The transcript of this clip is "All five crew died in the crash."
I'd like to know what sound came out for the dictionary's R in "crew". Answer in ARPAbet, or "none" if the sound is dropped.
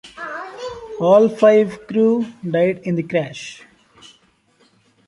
R